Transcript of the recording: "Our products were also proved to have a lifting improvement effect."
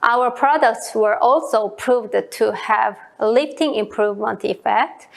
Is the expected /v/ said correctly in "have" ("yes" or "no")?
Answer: yes